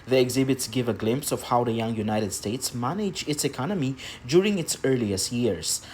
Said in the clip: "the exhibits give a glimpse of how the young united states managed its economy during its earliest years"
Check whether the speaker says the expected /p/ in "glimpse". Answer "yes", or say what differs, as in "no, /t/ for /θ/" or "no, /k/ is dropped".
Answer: yes